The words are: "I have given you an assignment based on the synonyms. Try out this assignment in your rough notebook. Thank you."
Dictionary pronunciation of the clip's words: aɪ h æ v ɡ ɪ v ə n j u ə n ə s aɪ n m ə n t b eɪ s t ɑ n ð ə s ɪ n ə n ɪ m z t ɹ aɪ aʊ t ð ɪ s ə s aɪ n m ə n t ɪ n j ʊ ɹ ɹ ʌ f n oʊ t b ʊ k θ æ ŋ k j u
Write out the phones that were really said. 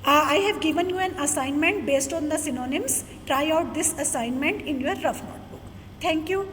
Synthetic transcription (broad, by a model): aɪ h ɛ v ɡ ɪ v ə n j u ə n ə s aɪ n m ə n t b eɪ s t ɑ n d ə s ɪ n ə n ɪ m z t ɹ aɪ aʊ t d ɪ s ə s aɪ n m ə n t ɪ n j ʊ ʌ ɹ ʌ f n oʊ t b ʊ k t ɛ ŋ k j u